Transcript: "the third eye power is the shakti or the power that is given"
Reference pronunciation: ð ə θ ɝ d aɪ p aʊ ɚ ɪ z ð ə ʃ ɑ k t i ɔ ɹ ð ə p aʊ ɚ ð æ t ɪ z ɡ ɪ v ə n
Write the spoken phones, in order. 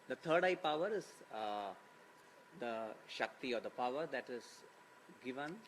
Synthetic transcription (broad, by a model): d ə t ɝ d aɪ p aʊ ɚ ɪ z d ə ʃ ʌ k t i ɔ ɹ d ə p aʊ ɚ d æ t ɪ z ɡ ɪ v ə n